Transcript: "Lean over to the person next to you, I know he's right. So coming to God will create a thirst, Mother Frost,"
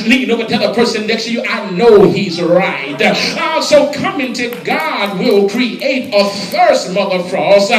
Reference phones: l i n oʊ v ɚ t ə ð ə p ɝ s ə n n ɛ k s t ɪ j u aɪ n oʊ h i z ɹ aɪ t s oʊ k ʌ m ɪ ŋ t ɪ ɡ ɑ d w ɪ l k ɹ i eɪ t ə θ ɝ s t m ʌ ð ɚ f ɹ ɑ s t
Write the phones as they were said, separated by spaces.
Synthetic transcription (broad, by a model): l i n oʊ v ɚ t ə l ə p ɝ s ə n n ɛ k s t ɪ j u aɪ n oʊ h i z ɹ aɪ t s oʊ k ʌ m ɪ ŋ t ɪ ɡ ɑ d w ɪ l k ɹ i eɪ t ə f ɝ s t m ʌ ð ɚ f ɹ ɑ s